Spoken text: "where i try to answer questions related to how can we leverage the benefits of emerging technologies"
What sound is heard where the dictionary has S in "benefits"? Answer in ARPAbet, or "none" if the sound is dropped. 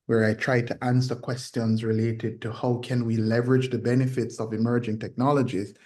S